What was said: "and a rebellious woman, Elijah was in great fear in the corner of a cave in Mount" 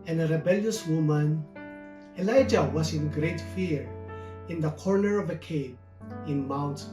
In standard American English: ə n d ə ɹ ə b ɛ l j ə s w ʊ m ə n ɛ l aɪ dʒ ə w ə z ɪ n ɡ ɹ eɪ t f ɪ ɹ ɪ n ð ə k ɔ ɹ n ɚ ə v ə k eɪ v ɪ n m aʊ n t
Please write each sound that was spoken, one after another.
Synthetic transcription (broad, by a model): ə n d ə ɹ ə b ɛ l j ə s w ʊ m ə n ɛ l aɪ dʒ ə w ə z ɪ n ɡ ɹ eɪ t f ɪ ɹ ɪ n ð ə k ɔ ɹ n ɚ ə v ə k eɪ b ɪ n m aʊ n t